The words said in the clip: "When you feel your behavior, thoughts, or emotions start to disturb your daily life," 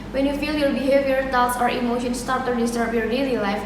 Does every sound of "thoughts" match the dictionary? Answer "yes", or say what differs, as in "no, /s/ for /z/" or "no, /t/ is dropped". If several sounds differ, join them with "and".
no, /t/ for /θ/